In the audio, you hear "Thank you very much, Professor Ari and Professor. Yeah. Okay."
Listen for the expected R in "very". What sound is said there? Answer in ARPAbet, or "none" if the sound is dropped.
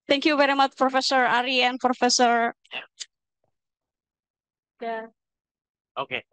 R